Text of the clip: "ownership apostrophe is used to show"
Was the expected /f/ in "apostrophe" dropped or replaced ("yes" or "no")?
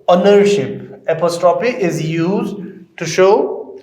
yes